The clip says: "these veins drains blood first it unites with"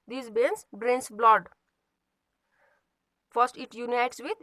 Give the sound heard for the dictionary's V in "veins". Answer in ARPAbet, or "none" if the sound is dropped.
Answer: B